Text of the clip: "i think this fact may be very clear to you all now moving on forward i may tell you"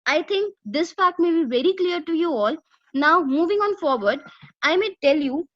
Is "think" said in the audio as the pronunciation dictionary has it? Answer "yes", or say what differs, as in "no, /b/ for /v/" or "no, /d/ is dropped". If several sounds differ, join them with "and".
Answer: no, /t/ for /θ/